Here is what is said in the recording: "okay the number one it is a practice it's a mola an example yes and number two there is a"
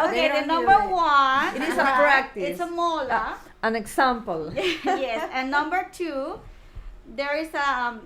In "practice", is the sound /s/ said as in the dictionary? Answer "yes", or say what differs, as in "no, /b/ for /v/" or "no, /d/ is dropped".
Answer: no, /s/ is dropped